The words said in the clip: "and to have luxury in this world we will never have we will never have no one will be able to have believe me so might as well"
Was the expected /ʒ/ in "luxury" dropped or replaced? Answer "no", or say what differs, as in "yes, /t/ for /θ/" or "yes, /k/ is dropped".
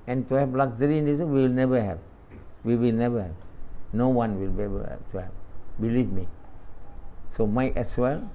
yes, /z/ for /ʒ/